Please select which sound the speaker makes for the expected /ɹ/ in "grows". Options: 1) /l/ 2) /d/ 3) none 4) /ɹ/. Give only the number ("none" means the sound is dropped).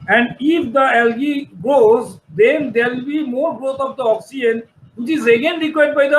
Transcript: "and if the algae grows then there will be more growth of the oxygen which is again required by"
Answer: 3